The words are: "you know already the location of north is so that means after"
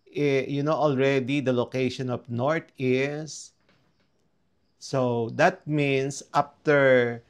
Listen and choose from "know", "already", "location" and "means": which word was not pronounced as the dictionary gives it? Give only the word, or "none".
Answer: means